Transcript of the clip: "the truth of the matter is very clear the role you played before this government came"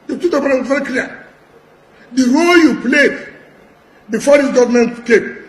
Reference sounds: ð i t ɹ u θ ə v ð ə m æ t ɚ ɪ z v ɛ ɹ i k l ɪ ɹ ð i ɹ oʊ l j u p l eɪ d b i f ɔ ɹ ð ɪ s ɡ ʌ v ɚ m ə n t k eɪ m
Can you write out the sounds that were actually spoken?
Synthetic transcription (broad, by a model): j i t u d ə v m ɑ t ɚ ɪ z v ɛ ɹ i k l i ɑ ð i ɹ oʊ l j u p l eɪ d b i f ɔ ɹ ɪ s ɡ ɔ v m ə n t k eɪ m